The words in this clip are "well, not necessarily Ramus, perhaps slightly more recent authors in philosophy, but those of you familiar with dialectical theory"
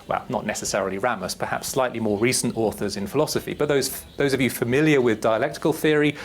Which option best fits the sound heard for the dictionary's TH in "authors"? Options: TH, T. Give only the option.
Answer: TH